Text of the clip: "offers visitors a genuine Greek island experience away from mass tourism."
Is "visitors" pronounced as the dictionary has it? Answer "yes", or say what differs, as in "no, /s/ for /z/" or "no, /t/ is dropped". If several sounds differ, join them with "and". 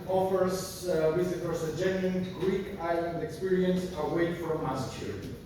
no, /w/ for /v/